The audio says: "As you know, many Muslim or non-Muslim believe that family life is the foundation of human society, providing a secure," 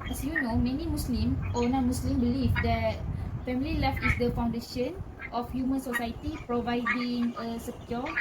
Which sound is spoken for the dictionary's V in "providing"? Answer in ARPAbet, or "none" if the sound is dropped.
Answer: V